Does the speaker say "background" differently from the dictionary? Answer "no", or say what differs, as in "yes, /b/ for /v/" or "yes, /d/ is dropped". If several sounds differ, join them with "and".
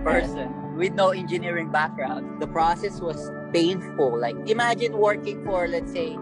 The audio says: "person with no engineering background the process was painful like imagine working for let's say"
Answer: no